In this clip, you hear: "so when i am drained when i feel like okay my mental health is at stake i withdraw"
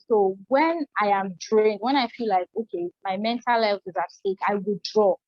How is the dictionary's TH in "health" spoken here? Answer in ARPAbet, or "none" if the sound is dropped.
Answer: F